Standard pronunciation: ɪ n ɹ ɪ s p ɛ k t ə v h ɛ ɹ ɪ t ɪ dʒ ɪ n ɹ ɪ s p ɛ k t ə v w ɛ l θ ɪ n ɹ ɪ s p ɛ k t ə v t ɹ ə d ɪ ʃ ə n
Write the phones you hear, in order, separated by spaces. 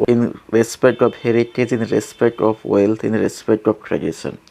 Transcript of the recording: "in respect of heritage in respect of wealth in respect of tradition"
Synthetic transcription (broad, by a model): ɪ n ɹ ɪ s p ɛ k t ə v h ɛ ɹ ɪ t ɪ dʒ ɪ n ɹ ɪ s p ɛ k t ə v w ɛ l t ɪ n ɹ ɪ s p ɛ k t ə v t ɹ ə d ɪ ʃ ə n